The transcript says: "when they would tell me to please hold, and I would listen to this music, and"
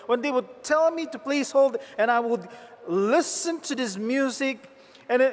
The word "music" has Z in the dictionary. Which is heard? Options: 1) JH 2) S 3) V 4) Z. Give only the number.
4